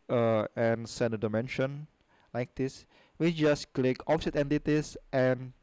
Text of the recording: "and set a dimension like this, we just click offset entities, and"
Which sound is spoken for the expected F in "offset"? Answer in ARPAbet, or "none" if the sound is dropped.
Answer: P